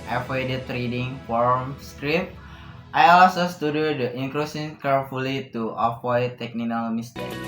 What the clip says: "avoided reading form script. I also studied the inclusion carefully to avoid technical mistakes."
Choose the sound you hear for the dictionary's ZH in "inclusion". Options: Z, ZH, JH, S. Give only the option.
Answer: S